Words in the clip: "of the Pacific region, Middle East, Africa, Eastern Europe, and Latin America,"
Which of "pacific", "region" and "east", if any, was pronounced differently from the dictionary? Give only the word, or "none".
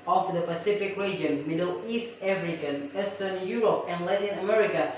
none